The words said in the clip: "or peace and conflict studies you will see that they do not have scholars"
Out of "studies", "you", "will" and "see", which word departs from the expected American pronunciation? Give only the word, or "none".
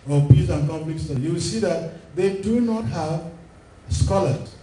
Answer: studies